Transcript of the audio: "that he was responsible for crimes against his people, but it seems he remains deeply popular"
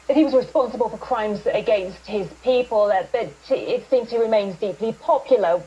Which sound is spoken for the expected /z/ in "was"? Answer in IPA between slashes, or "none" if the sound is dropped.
/z/